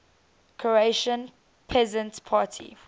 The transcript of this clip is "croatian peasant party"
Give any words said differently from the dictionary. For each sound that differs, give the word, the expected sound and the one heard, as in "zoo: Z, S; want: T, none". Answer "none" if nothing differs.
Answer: none